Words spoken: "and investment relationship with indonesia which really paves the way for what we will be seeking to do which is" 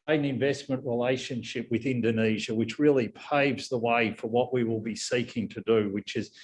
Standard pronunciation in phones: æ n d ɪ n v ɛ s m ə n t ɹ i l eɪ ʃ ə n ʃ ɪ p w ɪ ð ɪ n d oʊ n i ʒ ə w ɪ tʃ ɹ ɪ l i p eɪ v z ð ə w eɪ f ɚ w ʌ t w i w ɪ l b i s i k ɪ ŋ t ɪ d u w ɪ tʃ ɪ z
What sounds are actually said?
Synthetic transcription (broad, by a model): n ɪ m v ɛ s m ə n t ɹ i l eɪ ʃ ə n ʃ ɪ p w ɪ ð ɪ n d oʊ n i ʒ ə w ɪ tʃ ɹ ɪ l i p eɪ v z ð ə w eɪ f ɚ w ʌ t w i w ɪ l b i s i k ɪ ŋ t ɪ d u w ɪ tʃ ɪ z